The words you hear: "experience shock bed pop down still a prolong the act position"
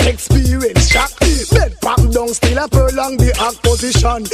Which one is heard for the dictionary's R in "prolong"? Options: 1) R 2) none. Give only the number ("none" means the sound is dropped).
2